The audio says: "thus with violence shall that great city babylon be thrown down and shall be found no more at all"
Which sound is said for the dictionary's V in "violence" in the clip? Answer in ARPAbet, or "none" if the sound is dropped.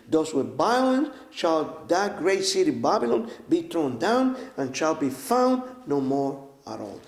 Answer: B